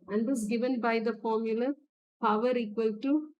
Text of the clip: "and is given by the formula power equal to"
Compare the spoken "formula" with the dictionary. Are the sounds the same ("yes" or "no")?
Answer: yes